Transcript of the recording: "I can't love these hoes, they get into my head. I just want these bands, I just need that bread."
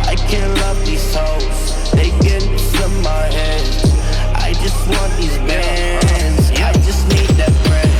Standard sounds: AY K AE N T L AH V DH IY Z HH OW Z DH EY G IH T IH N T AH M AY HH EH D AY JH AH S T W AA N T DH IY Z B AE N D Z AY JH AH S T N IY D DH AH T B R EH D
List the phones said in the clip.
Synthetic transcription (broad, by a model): AY K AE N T L AH V DH IY Z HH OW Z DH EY IH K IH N S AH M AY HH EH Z AY JH AH S T W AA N DH IY Z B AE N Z AY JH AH S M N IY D DH AH T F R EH